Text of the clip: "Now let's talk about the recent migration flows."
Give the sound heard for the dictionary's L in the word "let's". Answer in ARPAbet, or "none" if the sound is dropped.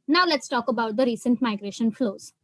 L